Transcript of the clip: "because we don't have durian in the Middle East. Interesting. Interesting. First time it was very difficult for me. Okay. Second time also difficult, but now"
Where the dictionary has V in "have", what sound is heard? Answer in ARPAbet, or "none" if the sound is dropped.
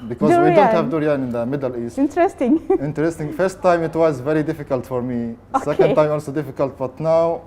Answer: V